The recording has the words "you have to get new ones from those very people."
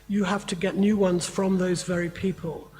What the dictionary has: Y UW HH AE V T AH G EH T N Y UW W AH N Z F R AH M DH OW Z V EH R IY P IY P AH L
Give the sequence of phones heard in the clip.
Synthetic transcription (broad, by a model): Y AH HH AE F T AH G EH T N Y UW W AH N Z F R AH M DH OW Z V EH R IY P IY P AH L